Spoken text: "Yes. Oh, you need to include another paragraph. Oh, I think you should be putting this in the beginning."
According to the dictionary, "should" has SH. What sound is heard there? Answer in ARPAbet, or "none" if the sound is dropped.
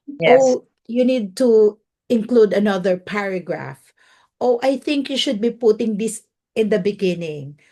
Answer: SH